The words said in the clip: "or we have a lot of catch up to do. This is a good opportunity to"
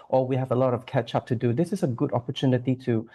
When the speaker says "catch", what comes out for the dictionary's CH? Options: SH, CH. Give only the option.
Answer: CH